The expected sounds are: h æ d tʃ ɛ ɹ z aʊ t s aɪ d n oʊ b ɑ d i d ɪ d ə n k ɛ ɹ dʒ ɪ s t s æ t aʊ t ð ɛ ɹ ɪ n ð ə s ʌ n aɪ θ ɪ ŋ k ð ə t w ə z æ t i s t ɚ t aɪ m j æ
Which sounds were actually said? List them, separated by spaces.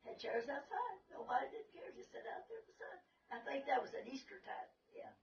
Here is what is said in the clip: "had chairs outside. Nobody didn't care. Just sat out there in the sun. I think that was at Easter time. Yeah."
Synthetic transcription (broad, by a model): h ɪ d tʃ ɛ ɹ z aʊ t s aɪ d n oʊ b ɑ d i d ɪ d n k ɛ ɹ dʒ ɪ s s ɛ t aʊ t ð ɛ ɹ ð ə s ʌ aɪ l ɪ k ð ə t w ə z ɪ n i s t ɚ t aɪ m j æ